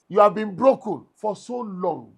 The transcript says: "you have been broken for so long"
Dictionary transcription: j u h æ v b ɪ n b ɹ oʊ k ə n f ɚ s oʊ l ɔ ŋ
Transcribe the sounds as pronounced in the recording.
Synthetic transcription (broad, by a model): j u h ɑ v b ɪ n b ɹ oʊ k ə n f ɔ s oʊ l ɔ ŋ